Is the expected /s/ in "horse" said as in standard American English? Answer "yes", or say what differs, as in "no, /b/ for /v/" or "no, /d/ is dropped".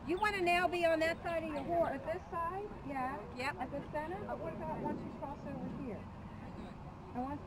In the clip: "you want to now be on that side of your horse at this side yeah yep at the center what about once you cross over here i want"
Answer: no, /s/ is dropped